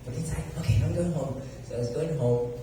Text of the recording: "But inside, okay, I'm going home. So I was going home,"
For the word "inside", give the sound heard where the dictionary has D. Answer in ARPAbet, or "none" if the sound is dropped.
none